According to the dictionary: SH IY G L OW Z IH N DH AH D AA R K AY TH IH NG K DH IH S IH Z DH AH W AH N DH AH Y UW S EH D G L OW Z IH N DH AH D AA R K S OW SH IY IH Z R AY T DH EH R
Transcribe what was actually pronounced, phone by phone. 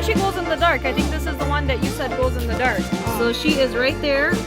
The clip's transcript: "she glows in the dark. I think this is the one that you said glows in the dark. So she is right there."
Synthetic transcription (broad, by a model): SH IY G OW Z IH N DH AH D AA R K AY TH IH NG K DH IH S IH Z DH AH W AH N DH AH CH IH S EH D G OW Z IH N DH AH D AA R K S OW SH IY IH Z R AY T DH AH R